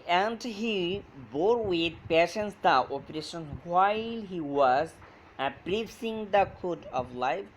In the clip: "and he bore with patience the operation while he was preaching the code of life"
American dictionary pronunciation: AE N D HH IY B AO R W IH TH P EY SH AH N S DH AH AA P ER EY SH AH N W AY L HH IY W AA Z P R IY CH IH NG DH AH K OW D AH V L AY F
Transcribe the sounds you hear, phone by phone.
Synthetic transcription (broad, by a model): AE N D HH IY B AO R W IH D P EY SH AH N S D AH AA P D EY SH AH N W AY L HH IY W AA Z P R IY S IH NG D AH K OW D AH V L AY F